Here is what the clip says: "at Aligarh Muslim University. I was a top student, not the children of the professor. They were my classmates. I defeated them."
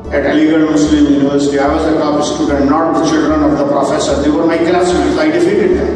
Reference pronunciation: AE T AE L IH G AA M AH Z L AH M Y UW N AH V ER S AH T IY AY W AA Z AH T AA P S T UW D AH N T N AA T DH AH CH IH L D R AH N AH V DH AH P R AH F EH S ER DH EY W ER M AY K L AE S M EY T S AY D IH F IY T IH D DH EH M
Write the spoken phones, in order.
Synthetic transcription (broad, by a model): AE T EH L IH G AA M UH S L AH M Y UW N AH V ER S AH T IY AY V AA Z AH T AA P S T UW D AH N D N AA T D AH CH IH L D R AH N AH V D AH P R AH F EH S ER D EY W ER M AY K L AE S EY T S AY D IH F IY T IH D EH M